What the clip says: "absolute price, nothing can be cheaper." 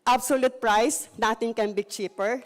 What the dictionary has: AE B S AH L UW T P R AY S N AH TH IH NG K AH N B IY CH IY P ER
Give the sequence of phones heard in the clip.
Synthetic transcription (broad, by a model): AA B S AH L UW T P R AY S N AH T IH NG K AH N B IY CH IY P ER